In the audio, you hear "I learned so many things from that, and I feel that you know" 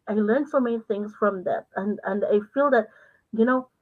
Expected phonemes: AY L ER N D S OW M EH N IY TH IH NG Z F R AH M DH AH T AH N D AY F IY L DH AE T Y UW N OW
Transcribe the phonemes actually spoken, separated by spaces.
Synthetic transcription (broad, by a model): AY L ER N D S OW M EH N IY TH IH NG Z F R AH M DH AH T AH N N AY F IY L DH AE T Y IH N OW